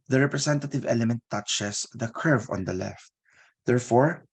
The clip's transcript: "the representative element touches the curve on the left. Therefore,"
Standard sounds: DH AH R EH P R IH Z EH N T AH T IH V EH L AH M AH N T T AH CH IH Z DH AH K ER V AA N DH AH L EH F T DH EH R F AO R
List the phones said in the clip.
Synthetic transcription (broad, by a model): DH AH R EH P R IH S EH N T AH T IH V EH L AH M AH N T T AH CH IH S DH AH K ER V AA N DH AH L EH F T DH EH R F AO R